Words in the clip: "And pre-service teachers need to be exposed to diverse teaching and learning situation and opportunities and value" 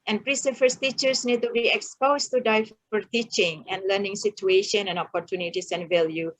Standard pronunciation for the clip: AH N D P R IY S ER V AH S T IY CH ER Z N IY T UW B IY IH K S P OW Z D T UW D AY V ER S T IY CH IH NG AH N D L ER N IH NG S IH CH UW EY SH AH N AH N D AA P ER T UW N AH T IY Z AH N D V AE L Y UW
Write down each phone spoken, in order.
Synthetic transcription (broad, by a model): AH N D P R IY S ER F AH S T IY CH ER S N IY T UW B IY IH K S P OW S T UW D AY F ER T IY CH IH NG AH N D L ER N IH NG S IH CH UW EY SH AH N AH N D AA P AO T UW N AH T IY S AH N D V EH L Y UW